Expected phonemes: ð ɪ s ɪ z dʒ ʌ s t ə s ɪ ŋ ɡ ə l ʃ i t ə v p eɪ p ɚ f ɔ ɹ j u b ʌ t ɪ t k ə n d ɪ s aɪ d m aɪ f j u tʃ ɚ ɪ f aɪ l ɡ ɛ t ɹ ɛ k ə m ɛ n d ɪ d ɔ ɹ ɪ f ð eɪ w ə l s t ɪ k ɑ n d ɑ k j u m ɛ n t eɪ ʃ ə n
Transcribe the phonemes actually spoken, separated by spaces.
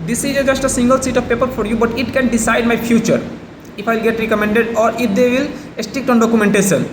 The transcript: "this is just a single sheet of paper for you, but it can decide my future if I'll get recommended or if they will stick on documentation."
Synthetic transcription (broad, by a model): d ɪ s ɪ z dʒ ʌ s t ə s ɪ ŋ ɡ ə l s i t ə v p eɪ p ɚ f ɔ ɹ j u b ʌ t ɪ t k ə n d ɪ s aɪ d m aɪ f j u tʃ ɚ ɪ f aɪ l ɡ ɛ t ɹ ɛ k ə m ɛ n d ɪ d ɔ ɹ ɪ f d eɪ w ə l s t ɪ k ɑ n d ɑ k j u m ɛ n t eɪ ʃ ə n